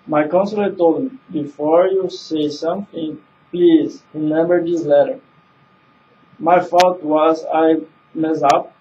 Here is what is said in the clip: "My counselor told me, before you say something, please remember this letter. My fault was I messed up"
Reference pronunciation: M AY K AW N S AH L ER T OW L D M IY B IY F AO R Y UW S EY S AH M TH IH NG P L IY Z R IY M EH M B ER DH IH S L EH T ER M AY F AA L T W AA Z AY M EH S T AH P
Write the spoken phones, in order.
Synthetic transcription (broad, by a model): M AY K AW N S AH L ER T OW L D M IY B IY F AO R Y UW S EY S AH M TH IH NG P L IY Z R IY M EH M B ER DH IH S L EH T ER M AY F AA T W AA Z AY M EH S AH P